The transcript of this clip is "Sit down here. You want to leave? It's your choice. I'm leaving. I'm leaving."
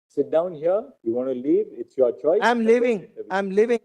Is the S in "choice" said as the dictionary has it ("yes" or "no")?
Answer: no